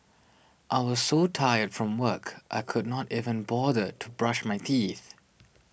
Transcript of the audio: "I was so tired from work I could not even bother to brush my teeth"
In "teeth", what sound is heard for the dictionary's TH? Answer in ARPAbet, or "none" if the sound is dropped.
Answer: TH